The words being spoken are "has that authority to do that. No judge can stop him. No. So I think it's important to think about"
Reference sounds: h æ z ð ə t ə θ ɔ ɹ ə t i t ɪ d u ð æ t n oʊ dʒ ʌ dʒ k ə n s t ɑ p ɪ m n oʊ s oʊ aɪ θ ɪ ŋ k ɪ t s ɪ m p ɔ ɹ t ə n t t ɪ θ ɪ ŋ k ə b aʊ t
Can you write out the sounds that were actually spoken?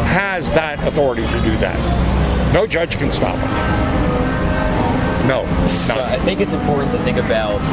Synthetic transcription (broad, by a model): h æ z ð ə t ə θ ɔ ɹ ə t i t ɪ d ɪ ð æ t n oʊ dʒ ʌ dʒ k ə n s t ɑ p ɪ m n oʊ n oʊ aɪ θ ɪ ŋ k ɪ t s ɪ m p ɔ ɹ t n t t ɪ θ ɪ ŋ k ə b aʊ t